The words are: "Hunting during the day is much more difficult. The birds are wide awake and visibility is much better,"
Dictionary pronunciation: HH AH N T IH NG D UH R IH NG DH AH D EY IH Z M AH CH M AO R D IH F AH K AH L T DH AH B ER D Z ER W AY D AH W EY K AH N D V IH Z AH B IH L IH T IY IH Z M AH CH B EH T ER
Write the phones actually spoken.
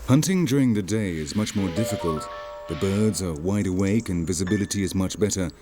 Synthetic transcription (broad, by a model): HH AH N T IH NG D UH R IH NG DH AH D EY IH Z M AH CH M AO R D IH F AH K AH L T DH AH B ER D Z ER W AY D AH W EY K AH N V IH Z AH B IH L IH T IY IH Z M AH CH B EH T ER